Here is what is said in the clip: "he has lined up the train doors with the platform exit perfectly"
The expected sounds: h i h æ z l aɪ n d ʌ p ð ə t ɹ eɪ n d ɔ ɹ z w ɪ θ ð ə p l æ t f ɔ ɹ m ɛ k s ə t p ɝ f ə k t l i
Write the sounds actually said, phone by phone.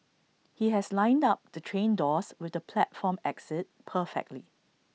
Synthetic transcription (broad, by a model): h i h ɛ s l aɪ n d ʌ p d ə t ɹ eɪ n d ɔ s w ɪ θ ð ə p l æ t f ɔ m ɛ k s ə t p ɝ f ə k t l i